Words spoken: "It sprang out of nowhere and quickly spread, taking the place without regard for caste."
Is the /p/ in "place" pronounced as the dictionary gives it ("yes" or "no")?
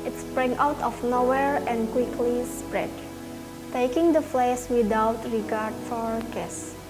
no